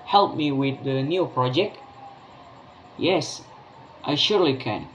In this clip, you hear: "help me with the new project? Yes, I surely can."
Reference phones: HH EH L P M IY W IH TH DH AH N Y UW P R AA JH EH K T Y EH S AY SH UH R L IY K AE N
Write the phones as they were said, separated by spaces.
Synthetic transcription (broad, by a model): HH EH L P M IY W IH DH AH N Y UW P R AA JH EH K T Y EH S AY SH UH R L IY K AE N